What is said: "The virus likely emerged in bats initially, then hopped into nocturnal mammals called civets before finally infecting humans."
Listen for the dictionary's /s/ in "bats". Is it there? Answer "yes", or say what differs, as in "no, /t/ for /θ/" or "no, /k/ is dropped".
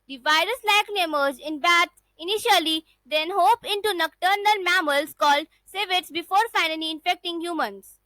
no, /s/ is dropped